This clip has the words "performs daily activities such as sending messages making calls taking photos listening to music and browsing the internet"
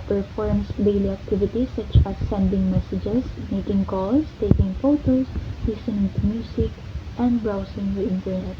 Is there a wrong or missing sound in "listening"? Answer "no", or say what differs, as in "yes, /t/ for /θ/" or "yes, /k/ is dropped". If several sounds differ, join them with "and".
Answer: yes, /n/ is dropped